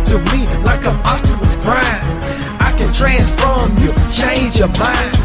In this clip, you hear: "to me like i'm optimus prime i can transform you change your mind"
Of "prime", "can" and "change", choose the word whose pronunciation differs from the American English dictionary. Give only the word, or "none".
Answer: prime